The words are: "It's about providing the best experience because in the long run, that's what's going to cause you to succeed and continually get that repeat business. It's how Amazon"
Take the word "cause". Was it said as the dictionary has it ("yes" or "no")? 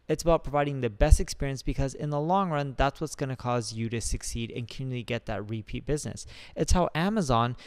yes